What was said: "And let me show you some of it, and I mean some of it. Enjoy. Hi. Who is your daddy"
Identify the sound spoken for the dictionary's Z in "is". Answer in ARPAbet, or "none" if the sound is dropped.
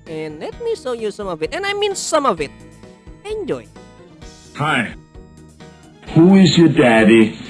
Z